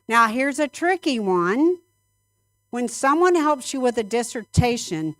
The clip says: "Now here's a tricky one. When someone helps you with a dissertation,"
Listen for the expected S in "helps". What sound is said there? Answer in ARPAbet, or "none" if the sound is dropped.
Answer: S